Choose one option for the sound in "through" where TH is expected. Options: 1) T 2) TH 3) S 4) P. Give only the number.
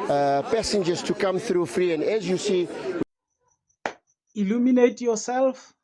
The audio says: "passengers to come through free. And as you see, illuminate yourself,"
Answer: 2